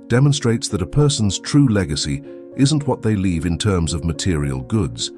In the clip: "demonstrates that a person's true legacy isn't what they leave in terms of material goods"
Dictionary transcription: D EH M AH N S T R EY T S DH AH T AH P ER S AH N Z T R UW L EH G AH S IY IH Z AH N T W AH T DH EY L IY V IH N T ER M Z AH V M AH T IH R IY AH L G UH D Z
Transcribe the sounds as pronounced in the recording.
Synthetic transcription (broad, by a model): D EH M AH N S T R EY T S DH AH T AH P ER S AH N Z T R UW L EH G AH S IY IH Z AH N T W AH T DH EY L IY V IH N T ER M Z AH V M AH T IH R IY AH L G UH D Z